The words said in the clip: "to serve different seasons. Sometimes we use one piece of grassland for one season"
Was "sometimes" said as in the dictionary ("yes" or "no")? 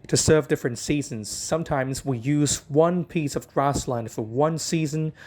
yes